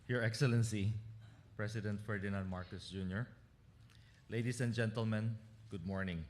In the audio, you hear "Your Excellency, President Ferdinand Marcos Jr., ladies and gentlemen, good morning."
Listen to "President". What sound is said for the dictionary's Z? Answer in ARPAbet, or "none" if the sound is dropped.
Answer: S